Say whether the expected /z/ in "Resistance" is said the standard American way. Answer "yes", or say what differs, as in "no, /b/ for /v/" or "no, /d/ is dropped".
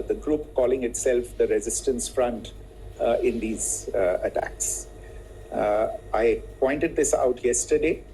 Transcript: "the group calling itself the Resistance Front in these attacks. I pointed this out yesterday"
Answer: yes